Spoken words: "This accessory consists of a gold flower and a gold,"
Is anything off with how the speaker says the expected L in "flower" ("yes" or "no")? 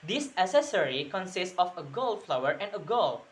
no